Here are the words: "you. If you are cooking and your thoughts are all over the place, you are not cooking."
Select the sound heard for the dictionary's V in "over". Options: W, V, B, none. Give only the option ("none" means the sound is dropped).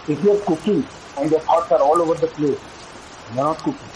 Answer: V